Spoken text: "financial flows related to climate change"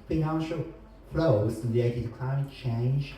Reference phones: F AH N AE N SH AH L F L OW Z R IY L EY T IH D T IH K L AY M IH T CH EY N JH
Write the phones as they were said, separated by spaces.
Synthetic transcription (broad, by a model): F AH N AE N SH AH L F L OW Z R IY EY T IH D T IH K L AY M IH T CH EY N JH